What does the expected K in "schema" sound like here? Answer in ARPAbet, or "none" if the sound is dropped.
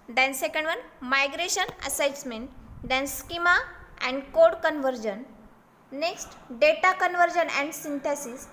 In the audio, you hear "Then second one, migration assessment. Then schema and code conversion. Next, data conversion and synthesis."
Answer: K